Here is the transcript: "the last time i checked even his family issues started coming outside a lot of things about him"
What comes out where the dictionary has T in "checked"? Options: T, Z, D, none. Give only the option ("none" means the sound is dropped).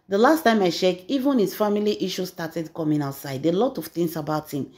none